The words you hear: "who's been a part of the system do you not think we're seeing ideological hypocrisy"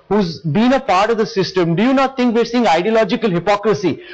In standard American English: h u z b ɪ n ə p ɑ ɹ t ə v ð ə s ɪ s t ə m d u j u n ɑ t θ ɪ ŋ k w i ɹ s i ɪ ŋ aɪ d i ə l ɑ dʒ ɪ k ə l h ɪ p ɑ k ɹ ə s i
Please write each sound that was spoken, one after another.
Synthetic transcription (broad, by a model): h u z b ɪ n ə p ɑ ɹ t ə v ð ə s ɪ s t ə m d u j u n ɑ t t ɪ ŋ k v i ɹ s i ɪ ŋ aɪ d i ə l ɑ dʒ ɪ k ə l h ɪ p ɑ k ɹ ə s i